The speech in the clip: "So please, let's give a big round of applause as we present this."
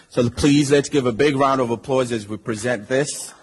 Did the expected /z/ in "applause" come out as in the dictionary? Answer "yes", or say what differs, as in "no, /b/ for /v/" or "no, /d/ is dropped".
yes